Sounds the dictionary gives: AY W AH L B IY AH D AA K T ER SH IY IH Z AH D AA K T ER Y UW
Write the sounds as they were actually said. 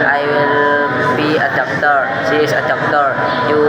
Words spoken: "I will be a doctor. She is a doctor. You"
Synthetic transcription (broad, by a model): AY W AH L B IY AH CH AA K T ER S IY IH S AH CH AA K T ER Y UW